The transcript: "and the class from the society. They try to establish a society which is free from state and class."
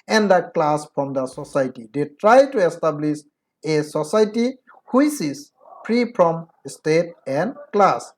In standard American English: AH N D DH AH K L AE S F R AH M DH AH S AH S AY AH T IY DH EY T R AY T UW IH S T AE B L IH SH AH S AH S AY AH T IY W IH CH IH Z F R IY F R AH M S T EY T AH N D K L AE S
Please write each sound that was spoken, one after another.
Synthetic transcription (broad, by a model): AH N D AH K L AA S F R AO M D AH S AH S AY T IY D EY T R AY T UW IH S T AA B L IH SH AH S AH S AY T IY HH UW S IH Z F R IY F R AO M S T EY T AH N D K L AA S